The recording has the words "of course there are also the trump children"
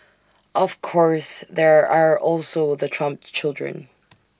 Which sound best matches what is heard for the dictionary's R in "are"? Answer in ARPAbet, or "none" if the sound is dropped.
R